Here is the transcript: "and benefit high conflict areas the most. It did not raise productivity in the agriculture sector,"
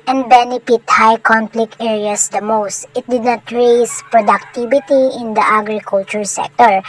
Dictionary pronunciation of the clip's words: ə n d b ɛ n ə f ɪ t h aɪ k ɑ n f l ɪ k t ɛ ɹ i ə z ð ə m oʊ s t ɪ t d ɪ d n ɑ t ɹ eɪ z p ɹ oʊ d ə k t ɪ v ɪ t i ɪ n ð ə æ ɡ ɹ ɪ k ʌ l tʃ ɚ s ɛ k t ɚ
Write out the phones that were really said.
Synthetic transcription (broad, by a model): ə n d b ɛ n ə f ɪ t h aɪ k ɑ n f l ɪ k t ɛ ɹ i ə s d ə m oʊ s t ɪ t d ɪ d n ɑ t ɹ eɪ s p ɹ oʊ d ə k t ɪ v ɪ t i ɪ n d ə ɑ ɡ ɹ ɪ k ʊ l tʃ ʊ s ɛ k t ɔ